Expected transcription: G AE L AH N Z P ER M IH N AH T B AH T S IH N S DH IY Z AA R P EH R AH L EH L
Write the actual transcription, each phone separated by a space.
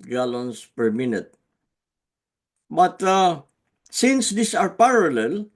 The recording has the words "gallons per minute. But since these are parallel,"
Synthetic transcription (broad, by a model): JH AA L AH N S P ER M IH N AH T B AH T S IH N S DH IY S AA R P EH R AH L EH L